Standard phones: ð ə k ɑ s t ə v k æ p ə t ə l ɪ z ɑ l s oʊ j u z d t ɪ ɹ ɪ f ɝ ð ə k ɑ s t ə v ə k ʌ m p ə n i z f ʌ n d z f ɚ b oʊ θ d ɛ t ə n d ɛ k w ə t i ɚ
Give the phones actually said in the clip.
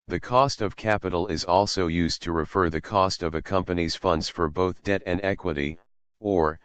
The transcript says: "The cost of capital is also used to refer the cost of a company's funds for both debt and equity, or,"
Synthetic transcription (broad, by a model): ð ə k ɑ s t ə v k æ p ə t l ɪ z ɑ l s oʊ j u z t ɪ ɹ ɪ f ɝ ð ə k ɑ s t ə v ə k ʌ m p ə n i z f ʌ n d z f ɚ b oʊ θ d ɛ t ə n d ɛ k w ə t i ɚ